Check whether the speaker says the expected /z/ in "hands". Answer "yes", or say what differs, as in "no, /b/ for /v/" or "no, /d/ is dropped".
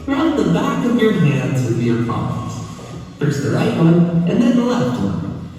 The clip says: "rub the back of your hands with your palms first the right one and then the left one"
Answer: yes